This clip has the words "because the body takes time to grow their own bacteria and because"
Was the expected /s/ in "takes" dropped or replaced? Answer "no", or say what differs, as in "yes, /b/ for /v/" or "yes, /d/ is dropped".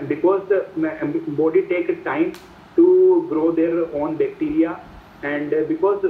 yes, /s/ is dropped